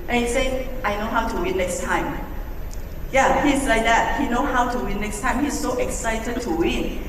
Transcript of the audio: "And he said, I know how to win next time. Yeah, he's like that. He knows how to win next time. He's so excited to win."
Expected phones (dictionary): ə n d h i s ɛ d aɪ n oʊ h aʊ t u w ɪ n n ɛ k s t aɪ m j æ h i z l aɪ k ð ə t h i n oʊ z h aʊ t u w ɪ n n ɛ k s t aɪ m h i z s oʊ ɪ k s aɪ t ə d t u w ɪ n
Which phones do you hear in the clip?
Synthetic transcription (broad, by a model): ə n h i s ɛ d aɪ n oʊ h aʊ t u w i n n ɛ k s t aɪ m j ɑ h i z l aɪ k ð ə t h i n oʊ h aʊ t u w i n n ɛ k s t aɪ m h i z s oʊ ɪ k s aɪ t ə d t u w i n